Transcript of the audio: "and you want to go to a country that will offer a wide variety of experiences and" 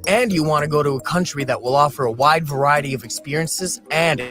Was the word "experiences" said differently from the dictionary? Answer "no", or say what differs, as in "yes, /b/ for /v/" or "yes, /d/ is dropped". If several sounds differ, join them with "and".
no